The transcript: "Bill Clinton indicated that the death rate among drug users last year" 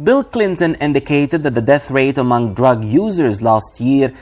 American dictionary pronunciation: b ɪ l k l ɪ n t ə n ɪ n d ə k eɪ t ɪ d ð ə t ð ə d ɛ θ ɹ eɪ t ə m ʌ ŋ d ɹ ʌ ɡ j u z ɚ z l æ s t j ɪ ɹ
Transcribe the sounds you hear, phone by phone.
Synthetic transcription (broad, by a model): b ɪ l k l ɪ n t ə n ɪ n d ə k eɪ t ɪ d ð ə t ð ə d ɛ θ ɹ eɪ t ə m ʌ ŋ d ɹ ʌ ɡ j u z ɚ z l æ s t j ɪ ɹ